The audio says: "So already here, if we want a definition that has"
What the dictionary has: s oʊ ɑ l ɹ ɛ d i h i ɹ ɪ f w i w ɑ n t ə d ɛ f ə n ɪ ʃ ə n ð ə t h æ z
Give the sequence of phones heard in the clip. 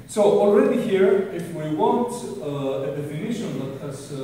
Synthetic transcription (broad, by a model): s oʊ ɑ l ɹ ɛ d i h i ɹ ɪ f w i w ɑ n t ə d ɛ f ə n ɪ ʃ ə n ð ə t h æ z